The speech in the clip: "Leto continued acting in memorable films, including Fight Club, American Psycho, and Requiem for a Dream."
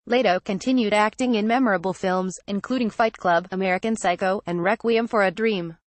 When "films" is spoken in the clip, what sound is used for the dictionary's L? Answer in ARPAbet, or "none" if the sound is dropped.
L